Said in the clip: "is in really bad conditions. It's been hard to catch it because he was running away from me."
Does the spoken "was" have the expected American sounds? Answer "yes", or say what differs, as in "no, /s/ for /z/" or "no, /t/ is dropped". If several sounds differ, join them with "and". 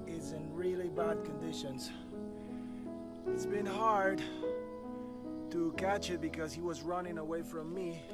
yes